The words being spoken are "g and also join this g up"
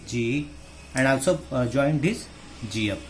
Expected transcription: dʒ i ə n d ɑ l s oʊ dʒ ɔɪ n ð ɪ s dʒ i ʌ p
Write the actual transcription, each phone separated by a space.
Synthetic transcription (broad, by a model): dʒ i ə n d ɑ w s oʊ dʒ ɔɪ n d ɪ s dʒ i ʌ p